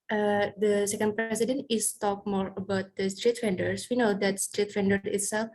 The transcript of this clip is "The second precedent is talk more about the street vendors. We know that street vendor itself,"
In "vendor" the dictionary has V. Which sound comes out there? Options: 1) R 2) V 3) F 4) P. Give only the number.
3